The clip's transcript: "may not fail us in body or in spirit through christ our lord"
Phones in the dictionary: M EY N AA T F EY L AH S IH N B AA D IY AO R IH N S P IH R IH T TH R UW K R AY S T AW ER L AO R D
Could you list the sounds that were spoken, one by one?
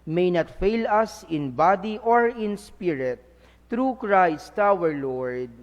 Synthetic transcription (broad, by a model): M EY N AA T F EY L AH S IH N B AA D IY AO R IH N S P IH R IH T R UW K R AY S T AW ER L AO R D